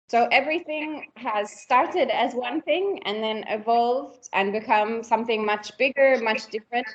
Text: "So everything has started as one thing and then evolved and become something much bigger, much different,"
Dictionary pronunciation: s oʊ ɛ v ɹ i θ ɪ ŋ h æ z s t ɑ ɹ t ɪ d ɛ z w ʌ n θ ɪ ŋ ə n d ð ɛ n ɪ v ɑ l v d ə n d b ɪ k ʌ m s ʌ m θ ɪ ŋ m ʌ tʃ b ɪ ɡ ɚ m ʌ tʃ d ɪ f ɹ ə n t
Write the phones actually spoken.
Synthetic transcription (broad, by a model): s oʊ ɛ v ɹ i θ ɪ ŋ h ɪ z s t ɑ ɹ t ɪ d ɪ z w ʌ n θ ɪ ŋ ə n ð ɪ n ɪ v ɑ l v d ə n b ɪ k ʌ m s ʌ m θ ɪ ŋ m ʌ tʃ b ɪ ɡ ɚ m ʌ tʃ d ɪ f ɹ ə n t